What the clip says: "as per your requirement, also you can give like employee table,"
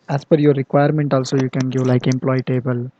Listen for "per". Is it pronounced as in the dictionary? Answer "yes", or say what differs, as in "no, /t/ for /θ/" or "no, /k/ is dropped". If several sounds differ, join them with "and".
no, /f/ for /p/